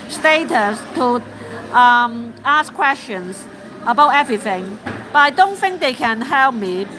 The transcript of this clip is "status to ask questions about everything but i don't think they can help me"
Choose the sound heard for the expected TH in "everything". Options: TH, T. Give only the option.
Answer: TH